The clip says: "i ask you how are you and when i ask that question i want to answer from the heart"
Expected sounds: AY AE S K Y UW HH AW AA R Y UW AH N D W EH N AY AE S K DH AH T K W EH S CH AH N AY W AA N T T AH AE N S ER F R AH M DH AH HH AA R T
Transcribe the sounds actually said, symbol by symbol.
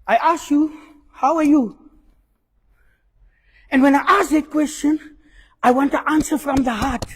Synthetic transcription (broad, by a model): AY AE S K Y UW HH AW AA R Y UW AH N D W EH N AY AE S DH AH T K W EH S CH AH N AY W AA N T T AH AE N S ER F R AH M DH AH HH AA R T